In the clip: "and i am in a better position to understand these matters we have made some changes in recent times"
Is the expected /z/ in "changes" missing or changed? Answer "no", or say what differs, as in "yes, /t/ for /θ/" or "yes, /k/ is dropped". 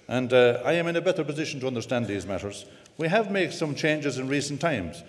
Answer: no